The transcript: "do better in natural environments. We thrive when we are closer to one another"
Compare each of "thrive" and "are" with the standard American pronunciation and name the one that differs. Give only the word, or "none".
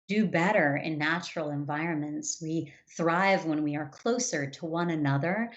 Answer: none